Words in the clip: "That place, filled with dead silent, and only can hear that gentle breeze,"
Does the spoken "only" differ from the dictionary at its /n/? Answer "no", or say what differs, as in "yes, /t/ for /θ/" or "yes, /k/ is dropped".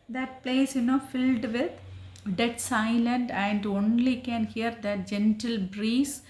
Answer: no